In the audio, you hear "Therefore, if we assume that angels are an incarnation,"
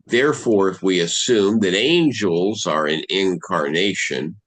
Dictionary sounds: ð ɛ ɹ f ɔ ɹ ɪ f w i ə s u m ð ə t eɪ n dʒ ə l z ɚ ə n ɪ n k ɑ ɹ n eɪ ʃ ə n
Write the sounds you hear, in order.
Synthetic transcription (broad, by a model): ð ɛ ɹ f ɔ ɹ ɪ f w i ə s u m ð ə t eɪ n dʒ ə l z ɚ ə n ɪ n k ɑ ɹ n eɪ ʃ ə n